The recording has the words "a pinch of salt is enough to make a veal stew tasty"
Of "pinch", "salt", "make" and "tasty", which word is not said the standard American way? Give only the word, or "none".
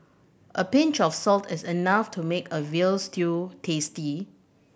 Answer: none